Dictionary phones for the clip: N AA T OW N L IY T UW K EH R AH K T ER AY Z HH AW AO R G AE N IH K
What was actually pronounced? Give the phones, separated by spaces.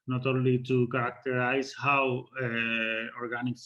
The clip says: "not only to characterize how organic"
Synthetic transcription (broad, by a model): N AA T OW L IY T UW K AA R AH K T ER AY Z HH AW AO R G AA N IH K